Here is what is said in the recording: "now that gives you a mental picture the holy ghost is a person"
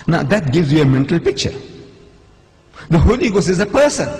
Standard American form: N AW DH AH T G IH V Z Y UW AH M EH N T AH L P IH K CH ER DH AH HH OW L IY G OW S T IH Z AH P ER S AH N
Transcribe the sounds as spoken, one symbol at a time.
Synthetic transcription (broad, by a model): N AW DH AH T G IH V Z Y UW AH M EH N T AH L P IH K CH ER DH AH HH OW L IY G OW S IH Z AH P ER S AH N